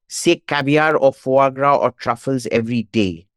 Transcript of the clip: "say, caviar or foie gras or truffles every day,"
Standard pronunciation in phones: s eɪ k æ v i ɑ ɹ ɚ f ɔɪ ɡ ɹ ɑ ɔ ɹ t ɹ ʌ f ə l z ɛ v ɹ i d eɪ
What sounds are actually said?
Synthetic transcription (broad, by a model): s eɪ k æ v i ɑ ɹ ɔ f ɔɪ ɡ ɹ ɑ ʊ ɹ t ɹ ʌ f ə l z ɛ v ɹ i d eɪ